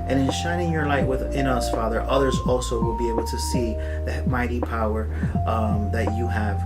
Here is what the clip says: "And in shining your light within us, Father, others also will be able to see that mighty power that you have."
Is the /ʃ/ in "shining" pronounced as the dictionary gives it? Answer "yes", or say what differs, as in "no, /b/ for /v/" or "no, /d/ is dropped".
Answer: yes